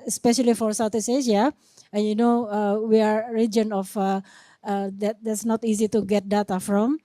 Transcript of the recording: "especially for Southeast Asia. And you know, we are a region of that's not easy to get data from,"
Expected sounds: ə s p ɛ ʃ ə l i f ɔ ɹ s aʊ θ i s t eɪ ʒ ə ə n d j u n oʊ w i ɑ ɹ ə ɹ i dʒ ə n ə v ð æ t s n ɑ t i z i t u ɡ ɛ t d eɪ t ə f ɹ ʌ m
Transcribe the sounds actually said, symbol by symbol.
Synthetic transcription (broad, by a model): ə s p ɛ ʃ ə l i f ɔ ɹ s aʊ t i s eɪ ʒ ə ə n j u n oʊ w i ɑ ɹ ɹ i dʒ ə n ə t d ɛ t s n ɑ t i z i t u ɡ ɛ t d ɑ t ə f ɹ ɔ m